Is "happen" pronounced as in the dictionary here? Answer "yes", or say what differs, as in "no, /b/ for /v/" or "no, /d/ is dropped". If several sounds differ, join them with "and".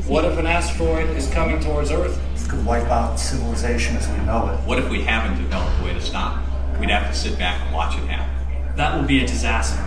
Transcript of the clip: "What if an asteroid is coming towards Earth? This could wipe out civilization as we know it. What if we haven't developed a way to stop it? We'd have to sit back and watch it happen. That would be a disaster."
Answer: no, /p/ is dropped